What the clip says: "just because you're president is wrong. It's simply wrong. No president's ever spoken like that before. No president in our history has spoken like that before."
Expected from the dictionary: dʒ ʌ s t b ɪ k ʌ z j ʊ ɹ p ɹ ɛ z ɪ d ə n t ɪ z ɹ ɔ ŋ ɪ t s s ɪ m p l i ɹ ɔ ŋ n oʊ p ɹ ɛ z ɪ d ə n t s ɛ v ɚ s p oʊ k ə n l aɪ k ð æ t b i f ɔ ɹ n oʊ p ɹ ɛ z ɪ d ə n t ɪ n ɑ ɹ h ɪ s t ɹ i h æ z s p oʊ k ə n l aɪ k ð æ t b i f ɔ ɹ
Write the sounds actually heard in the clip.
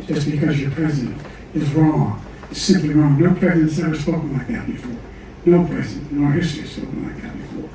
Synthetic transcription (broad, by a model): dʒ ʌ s b ɪ k ʌ z j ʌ ɹ p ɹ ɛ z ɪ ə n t ɪ z ɹ ɔ ŋ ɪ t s s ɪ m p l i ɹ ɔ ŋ n oʊ p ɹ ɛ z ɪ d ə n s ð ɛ ɚ s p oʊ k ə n l aɪ k ð æ t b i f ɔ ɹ n oʊ p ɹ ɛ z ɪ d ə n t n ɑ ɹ h ɪ s t ɹ i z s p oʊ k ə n l aɪ k ð æ t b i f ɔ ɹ